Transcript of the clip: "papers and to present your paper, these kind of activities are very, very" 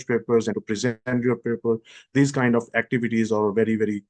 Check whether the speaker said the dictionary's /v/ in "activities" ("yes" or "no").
yes